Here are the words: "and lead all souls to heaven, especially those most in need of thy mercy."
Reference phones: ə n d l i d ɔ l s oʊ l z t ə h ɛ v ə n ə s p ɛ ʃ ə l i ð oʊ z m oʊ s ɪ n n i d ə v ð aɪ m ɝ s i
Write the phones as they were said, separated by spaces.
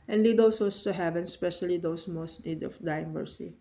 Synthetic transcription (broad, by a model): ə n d l i d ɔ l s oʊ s t ə h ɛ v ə n s p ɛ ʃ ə l i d oʊ s m oʊ s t n i d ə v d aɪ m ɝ s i